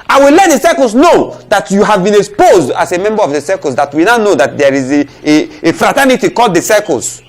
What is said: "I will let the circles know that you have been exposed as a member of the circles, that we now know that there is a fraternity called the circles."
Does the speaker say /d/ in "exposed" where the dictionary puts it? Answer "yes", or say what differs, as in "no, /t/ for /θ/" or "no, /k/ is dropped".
yes